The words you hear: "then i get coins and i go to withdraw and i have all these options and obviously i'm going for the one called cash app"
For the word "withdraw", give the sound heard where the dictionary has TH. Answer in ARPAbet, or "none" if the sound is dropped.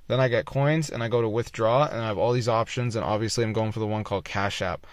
TH